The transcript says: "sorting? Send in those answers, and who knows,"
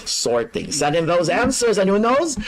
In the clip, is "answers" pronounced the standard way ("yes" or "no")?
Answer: yes